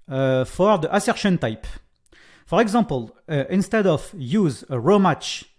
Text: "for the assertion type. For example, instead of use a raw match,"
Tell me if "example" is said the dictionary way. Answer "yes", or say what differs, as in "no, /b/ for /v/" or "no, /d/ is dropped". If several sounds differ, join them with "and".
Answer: no, /m/ is dropped